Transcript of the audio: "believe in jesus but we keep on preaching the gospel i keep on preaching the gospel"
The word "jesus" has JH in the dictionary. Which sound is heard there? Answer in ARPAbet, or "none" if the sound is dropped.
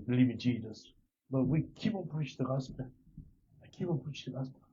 JH